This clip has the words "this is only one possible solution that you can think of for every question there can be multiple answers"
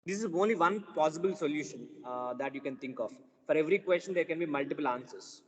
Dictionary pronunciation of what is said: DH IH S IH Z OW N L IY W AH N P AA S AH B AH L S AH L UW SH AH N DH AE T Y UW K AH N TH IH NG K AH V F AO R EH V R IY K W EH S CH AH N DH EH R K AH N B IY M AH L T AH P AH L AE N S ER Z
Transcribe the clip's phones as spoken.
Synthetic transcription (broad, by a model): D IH S IH Z OW N L IY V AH N P AA S AH B AH L S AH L UW SH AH N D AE T Y UW K AH N T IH NG K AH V F AO R EH V R IY K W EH S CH AH N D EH R K AH N B IY M AH L T AH P AH L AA N S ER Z